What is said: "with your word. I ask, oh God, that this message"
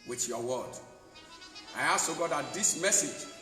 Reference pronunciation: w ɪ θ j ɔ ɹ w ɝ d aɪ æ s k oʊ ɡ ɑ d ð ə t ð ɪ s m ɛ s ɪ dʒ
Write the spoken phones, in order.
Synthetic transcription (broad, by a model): w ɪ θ j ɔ w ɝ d aɪ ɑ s oʊ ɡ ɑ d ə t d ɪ s m ɛ s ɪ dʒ